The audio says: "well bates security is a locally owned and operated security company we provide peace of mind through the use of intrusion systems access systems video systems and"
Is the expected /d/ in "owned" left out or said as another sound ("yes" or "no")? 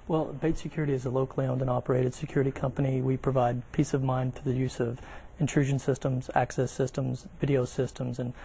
no